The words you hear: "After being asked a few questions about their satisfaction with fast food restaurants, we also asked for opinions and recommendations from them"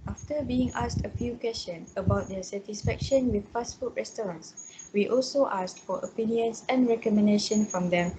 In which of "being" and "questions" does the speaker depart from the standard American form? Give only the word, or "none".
questions